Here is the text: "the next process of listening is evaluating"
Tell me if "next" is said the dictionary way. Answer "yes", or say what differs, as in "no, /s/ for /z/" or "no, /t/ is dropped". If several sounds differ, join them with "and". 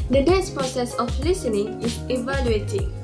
no, /k/ is dropped